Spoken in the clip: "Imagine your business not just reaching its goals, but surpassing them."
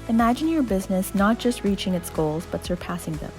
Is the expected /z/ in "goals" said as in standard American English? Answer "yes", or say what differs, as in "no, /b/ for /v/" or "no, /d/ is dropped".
yes